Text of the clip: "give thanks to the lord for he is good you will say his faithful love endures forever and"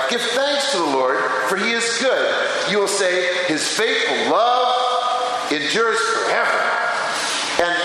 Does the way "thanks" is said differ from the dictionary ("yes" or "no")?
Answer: no